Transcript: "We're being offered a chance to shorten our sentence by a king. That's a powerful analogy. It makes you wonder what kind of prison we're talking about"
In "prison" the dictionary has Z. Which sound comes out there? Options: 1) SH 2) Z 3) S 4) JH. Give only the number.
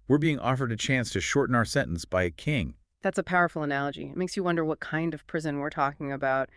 2